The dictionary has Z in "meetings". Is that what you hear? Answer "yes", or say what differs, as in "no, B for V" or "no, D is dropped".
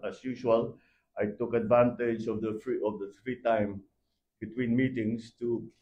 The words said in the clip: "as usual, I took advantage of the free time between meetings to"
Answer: no, S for Z